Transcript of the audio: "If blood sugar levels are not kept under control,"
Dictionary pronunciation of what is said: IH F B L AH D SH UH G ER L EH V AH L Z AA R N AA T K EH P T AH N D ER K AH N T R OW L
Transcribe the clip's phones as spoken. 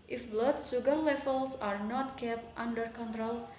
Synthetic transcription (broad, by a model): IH F B L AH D S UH G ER L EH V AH L S AA R N AA T K EH P T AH N D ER K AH N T R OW L